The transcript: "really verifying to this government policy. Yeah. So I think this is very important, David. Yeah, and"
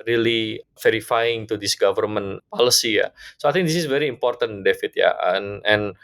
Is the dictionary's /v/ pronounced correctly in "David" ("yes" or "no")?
no